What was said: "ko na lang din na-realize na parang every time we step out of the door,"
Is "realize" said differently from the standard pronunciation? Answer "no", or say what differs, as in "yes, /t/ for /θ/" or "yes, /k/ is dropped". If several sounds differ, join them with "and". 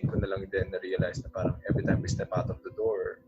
yes, /s/ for /z/